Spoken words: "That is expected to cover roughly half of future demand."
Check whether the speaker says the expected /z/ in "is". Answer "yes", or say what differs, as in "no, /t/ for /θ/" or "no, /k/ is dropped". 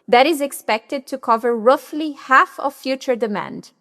yes